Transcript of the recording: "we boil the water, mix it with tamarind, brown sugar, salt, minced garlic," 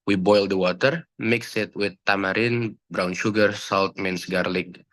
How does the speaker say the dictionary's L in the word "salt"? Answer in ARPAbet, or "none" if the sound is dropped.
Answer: L